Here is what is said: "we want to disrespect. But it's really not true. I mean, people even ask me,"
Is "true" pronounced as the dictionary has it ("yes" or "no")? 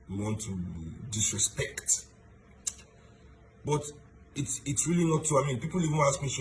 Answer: no